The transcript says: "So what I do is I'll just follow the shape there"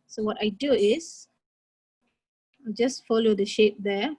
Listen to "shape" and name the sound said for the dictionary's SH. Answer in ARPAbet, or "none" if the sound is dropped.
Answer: SH